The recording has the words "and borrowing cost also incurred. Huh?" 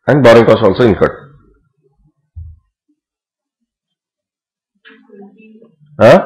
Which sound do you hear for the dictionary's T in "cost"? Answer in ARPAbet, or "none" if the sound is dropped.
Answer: none